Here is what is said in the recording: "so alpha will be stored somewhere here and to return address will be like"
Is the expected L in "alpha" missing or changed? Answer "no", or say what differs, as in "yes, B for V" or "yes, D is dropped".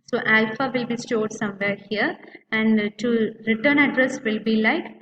no